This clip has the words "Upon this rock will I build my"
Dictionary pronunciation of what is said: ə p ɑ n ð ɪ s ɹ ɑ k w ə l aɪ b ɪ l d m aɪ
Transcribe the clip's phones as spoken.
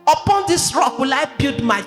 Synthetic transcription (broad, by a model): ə p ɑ n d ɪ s ɹ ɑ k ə l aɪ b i d m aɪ